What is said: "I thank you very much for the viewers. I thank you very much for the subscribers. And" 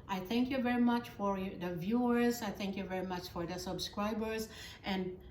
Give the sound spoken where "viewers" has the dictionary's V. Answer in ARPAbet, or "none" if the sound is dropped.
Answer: V